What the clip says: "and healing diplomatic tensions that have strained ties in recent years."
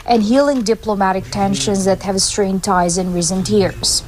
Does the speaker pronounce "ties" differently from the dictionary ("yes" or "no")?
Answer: no